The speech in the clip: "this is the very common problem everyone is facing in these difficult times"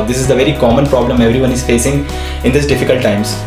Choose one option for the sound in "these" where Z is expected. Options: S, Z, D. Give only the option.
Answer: S